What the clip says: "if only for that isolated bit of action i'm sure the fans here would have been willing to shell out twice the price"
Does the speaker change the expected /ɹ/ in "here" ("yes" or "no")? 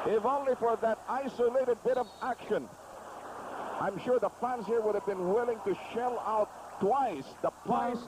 no